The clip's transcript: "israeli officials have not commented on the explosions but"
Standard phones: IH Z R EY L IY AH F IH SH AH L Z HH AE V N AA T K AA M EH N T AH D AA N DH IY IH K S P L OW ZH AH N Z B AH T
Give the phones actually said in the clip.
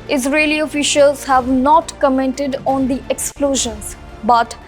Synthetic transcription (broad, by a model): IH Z R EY L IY AH F IH SH AH L Z HH AE V N AA T K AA M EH N T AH D AA N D IY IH K S P L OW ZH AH N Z B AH T